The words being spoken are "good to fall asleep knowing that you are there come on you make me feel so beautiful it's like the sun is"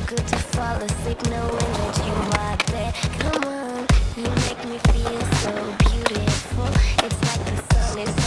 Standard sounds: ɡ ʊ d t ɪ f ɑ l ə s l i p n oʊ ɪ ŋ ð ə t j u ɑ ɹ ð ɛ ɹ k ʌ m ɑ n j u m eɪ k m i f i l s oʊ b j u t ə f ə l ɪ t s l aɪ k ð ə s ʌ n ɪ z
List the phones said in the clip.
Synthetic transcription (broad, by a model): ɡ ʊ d t ɪ f ɑ l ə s i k n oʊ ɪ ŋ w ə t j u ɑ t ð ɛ k ʌ m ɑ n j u m eɪ k m i f i l s oʊ b j u t ə f ə l ɪ t s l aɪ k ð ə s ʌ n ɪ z